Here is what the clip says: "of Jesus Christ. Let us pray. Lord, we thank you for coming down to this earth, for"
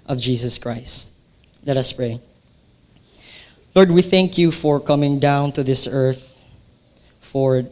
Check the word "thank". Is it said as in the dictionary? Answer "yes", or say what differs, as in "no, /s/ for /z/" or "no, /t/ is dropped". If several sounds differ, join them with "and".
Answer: yes